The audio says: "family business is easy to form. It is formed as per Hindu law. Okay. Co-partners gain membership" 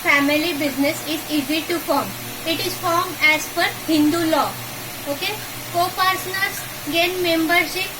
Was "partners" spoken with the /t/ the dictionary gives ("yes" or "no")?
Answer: no